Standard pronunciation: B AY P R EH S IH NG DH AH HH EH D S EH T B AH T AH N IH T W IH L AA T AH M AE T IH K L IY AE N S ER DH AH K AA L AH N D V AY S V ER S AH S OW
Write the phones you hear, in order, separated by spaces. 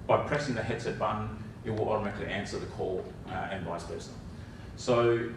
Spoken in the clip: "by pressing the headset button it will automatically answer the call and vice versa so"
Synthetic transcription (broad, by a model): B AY P R EH S IH NG DH AH HH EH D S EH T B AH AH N IH T W IH L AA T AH M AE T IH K L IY AE N S ER DH AH K AA L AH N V AY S P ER S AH S OW